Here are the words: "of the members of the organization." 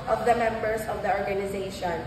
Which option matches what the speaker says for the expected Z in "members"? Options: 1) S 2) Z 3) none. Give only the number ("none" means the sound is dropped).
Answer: 1